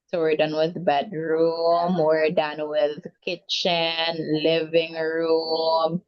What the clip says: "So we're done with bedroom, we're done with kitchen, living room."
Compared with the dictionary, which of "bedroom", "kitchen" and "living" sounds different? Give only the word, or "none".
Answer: none